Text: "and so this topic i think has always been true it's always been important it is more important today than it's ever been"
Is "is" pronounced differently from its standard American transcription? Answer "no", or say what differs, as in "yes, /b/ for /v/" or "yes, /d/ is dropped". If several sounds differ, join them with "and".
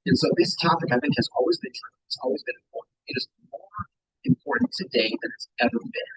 no